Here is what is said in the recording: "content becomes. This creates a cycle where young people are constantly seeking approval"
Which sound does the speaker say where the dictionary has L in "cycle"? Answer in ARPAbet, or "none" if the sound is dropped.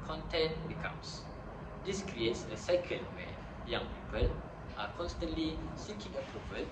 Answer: N